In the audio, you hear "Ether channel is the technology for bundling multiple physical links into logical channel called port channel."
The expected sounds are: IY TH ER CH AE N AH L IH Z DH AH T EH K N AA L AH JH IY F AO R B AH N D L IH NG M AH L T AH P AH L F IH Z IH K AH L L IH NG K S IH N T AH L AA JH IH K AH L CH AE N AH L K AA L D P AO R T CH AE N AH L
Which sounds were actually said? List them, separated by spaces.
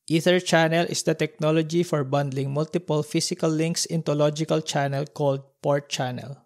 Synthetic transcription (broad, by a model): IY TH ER CH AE N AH L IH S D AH T EH K N AA L AH JH IY F AO R B AH N D L IH NG M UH L T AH P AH L F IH S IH K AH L L IH NG K S IH N T AH L AA JH IH K AH L CH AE N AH L K AA L D P AO R T CH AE N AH L